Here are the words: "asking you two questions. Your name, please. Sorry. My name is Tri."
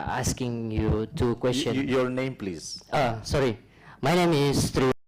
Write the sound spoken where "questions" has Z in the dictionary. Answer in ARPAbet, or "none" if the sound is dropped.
none